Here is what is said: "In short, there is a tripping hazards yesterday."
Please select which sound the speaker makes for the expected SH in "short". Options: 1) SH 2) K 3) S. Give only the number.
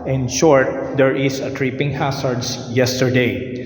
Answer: 1